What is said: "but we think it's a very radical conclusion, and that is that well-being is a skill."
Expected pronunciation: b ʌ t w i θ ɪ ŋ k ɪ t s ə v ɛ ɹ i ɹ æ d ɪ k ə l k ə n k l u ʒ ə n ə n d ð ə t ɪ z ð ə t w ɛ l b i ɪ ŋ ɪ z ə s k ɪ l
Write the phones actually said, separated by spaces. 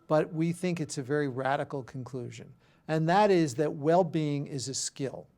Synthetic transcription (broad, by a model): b ʌ t w i θ ɪ ŋ k ɪ t s ə v ɛ ɹ i ɹ æ d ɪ k l k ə n k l u ʒ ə n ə n ð ə t ɪ z ð ə t w ɛ l b i ɪ ŋ ɪ z ə s k ɪ l